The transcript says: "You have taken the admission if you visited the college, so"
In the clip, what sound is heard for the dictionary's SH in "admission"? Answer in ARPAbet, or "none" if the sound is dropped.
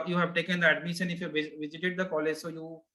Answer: S